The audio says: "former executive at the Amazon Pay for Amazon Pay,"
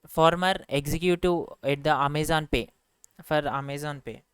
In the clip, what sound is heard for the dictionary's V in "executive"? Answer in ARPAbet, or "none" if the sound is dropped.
none